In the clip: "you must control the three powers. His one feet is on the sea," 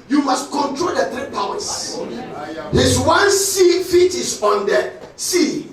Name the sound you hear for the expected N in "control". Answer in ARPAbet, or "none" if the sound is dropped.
N